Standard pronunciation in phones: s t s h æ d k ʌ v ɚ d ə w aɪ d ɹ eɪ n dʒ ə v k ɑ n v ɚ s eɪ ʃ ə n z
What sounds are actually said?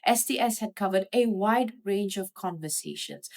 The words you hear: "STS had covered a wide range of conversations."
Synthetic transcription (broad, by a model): s t s h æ d k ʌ v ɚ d ə w aɪ d ɹ eɪ n dʒ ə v k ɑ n v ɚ s eɪ ʃ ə n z